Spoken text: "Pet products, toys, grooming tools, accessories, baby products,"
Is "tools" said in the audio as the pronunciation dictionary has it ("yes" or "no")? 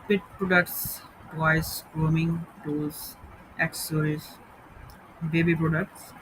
no